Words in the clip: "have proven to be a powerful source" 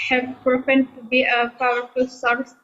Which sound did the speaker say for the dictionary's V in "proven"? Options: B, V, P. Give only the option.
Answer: P